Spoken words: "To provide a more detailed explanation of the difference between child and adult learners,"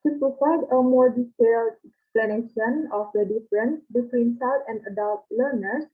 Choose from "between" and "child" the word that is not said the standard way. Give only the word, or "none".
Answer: child